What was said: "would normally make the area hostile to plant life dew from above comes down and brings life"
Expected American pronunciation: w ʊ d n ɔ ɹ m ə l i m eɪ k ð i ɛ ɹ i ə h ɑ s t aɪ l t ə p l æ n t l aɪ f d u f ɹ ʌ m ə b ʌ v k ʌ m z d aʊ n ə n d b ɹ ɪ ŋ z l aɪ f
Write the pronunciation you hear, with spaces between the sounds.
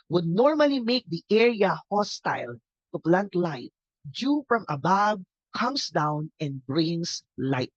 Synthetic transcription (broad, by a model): w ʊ d n ɔ ɹ m ə l i m eɪ k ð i ɛ ɹ i ə h ɑ s t aɪ l t ə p l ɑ n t l aɪ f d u f ɹ ʌ m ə b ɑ b k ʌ m s d aʊ n ə n d b ɹ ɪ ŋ s l aɪ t